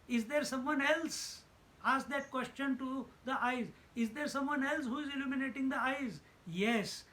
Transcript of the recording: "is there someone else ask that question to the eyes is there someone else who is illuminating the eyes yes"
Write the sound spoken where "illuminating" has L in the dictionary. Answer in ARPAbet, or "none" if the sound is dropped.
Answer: L